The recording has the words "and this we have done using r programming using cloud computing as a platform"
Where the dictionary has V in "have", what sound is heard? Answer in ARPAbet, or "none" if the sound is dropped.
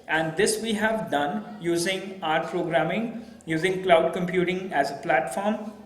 V